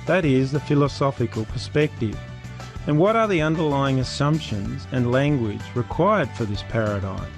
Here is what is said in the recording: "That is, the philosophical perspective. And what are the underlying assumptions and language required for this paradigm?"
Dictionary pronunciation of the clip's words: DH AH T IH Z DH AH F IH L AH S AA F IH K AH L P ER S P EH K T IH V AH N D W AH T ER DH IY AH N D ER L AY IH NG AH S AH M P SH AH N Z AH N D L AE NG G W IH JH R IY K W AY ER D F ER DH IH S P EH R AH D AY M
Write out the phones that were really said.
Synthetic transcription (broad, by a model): DH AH T IH Z DH AH F IH L AH S AA F IH K AH L P ER S P EH K T IH V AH N W AH T ER DH IY AH N D ER L AY IH NG AH S AH M P SH AH N Z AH N L AE NG G W IH JH R IY K W AY ER D F ER DH IH S P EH R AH D AY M